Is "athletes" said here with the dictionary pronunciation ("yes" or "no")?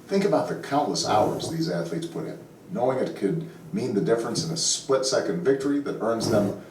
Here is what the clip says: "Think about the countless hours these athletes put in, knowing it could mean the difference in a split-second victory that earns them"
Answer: yes